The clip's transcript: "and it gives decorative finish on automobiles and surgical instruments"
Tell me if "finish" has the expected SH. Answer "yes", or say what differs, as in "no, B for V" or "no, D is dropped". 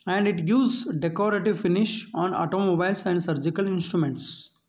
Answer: yes